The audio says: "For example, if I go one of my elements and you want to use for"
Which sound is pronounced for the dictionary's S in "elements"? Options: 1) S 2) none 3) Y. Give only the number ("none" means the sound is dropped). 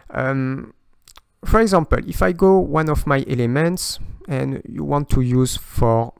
1